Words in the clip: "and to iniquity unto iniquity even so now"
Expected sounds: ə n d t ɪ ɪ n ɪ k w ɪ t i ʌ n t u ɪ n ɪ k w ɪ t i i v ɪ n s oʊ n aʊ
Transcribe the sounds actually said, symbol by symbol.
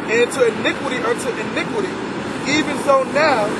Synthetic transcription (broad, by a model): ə n t ɪ ɪ n ɪ k w ɪ t i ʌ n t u ɪ n ɪ k w ɪ t i i v ɪ n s oʊ n aʊ